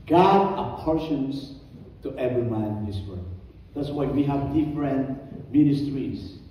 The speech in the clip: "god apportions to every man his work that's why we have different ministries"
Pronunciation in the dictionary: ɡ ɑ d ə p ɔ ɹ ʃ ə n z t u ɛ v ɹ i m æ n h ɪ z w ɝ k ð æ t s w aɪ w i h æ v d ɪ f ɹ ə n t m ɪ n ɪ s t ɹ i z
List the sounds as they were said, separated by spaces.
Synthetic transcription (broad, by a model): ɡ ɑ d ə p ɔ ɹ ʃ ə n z t u ɛ v ɹ i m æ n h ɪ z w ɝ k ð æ t s w aɪ w i h æ v d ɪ f ɹ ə n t m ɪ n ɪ s t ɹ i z